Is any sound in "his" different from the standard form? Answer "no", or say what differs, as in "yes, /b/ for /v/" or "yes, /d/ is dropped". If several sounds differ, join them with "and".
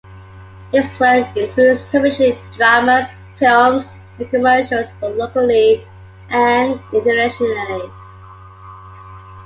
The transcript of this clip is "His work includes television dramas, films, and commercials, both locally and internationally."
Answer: yes, /s/ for /z/